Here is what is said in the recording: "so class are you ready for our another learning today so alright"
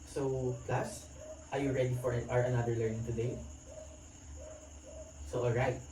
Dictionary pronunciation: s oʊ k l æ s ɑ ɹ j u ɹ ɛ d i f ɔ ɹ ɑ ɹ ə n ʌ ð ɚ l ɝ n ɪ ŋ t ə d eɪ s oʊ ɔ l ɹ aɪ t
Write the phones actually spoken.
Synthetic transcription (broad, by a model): s oʊ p l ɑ s ɑ ɹ j u ɹ ɛ d i f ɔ ɹ ɑ ɹ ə n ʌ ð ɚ l ɝ n ɪ ŋ t ə d eɪ s oʊ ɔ l ɹ aɪ t